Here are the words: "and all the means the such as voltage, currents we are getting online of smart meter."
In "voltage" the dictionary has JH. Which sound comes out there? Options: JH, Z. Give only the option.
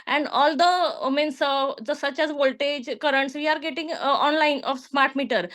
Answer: JH